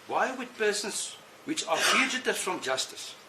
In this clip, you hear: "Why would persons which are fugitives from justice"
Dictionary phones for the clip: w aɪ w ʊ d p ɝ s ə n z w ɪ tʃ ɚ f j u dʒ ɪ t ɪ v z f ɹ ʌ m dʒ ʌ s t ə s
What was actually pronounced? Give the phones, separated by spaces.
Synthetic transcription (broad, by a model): w aɪ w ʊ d p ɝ s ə n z w ɪ tʃ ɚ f j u dʒ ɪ t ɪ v f ɹ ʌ m dʒ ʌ s t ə s